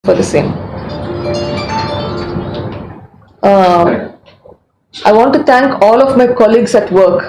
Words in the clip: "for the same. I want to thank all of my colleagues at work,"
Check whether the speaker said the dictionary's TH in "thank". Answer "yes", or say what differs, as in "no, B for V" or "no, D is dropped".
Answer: no, T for TH